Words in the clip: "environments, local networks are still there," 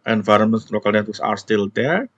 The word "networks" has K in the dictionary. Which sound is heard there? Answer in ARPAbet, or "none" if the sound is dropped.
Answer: none